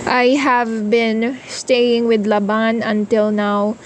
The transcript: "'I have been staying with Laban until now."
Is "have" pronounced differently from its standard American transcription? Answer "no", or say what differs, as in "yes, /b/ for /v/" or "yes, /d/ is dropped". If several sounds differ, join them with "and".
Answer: no